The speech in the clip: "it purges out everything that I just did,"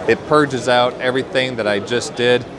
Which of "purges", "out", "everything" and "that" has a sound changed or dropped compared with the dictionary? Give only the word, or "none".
none